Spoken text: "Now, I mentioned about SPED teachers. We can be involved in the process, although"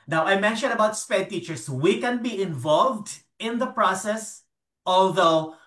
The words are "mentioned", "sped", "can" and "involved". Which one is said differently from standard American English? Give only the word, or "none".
none